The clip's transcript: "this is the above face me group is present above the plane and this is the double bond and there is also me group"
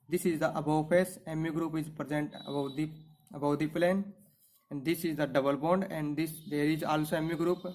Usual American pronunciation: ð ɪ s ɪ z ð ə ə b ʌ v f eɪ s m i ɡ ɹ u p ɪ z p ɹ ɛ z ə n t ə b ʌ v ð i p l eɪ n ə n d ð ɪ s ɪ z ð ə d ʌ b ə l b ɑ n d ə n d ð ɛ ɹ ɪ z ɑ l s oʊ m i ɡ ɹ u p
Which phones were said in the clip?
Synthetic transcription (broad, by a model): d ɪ s ɪ z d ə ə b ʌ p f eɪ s m i ɡ ɹ u p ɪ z p ɹ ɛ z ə n t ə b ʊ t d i p l eɪ n ə n d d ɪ s ɪ z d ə d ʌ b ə l b ɑ n d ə n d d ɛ ɹ ɪ z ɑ l s oʊ m i ɡ ɹ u p